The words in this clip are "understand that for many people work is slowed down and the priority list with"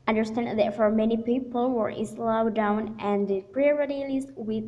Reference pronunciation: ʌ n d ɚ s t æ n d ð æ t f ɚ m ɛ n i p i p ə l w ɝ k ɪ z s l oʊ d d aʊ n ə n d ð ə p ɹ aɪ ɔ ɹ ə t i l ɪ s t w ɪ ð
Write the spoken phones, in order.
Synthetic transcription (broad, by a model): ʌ n d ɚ s t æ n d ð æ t f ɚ m ɛ n i p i p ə l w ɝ ɪ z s l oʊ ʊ d aʊ n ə n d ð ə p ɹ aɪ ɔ ɹ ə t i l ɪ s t w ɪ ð